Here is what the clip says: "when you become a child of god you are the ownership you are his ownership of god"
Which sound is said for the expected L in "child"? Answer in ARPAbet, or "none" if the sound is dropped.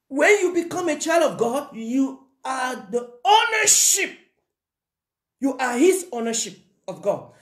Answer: L